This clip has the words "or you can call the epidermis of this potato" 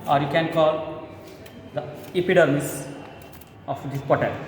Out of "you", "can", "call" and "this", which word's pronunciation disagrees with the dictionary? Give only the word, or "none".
this